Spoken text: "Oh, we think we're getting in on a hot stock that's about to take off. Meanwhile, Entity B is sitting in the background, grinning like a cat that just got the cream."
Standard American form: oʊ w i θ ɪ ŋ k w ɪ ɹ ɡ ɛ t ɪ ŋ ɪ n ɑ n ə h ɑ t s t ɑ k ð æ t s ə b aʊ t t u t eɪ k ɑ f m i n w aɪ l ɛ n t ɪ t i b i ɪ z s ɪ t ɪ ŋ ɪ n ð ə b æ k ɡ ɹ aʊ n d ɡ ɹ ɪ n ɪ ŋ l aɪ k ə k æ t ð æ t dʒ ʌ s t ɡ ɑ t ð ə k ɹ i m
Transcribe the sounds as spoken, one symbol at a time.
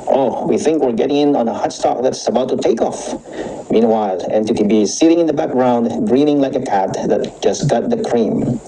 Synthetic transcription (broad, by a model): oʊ w i θ ɪ ŋ k w ɪ ɹ ɡ ɛ t ɪ ŋ ɪ n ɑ n ə h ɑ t s t ɑ k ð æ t s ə b aʊ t t u t eɪ k ɑ f m i n w aɪ l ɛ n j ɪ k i b i s ɪ t ɪ ŋ ɪ n ð ə b æ k ɡ ɹ aʊ n d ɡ ɹ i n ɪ ŋ l aɪ k ə k æ t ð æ t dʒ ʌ s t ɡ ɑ t ð ə k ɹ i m